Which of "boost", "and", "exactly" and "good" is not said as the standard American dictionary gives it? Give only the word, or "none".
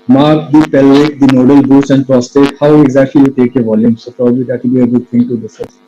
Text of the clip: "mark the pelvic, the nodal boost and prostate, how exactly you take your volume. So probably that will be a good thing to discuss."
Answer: boost